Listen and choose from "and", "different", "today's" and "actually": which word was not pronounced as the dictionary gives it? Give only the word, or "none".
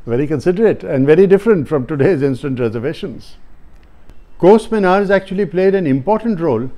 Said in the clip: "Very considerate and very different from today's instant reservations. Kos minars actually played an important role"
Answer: none